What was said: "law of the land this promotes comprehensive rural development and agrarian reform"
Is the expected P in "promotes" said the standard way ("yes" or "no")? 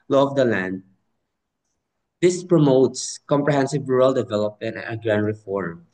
yes